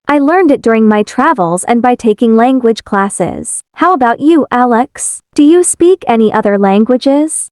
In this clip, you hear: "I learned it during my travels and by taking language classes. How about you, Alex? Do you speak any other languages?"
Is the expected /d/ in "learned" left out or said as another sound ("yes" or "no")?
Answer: no